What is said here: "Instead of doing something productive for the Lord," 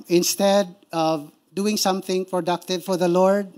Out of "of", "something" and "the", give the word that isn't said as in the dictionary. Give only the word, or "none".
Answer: none